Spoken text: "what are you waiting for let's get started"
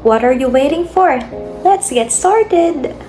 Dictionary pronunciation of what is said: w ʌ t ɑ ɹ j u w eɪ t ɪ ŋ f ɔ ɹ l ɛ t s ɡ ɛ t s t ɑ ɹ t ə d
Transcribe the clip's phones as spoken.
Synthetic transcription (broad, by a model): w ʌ t ɑ ɹ j u w eɪ t ɪ ŋ f ɔ ɹ w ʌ t s ɡ ɛ t s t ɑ ɹ t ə d